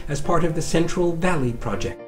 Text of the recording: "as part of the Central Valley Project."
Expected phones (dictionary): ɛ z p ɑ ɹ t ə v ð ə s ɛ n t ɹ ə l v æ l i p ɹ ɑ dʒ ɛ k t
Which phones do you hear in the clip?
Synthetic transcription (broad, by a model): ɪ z p ɑ ɹ t ə v ð ə s ɛ n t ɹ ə l v æ l i p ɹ ɑ dʒ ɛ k